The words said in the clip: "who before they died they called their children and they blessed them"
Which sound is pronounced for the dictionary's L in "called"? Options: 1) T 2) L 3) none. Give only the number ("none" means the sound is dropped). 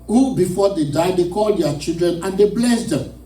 2